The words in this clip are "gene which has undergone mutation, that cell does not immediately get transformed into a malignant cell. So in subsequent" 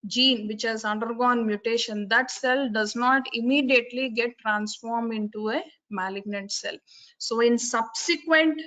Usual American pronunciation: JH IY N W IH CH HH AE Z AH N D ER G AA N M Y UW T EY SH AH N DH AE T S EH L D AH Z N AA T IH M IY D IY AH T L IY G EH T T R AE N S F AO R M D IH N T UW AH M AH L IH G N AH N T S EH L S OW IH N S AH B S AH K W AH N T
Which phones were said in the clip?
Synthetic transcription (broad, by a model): JH IY N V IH CH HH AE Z AH N D ER G AA N M Y UW T EY SH AH N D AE T S EH L D AH Z N AA T IH M IY D IY AH T L IY G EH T T R AE N S F AO R M D IH N T UW AH M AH L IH G N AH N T S EH L S OW IH N S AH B S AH K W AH N T